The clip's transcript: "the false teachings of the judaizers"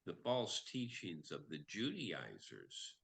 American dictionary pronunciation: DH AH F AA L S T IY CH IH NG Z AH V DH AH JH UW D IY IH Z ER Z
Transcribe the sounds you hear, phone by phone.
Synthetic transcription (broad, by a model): DH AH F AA L S T IY CH IH NG Z AH V DH AH JH UW D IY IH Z ER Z